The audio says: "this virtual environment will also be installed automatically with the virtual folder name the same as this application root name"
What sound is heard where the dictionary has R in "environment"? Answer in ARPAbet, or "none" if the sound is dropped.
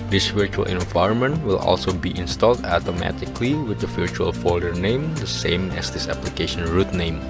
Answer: R